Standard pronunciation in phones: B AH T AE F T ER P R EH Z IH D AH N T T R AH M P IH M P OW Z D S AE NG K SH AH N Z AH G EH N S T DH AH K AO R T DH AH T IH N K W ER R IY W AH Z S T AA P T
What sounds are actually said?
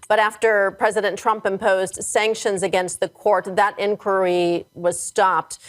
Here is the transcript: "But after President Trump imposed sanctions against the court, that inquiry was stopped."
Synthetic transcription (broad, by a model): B AH T AE F T ER P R EH Z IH D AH N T T R AH M P IH M P OW Z D S AE NG K SH AH N Z AH G EH N S T DH AH K AO R T DH AH T IH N K W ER R IY W AH Z S T AA P T